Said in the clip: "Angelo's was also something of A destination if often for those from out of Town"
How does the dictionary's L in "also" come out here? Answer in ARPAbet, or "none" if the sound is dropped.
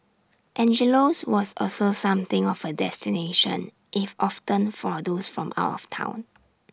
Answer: L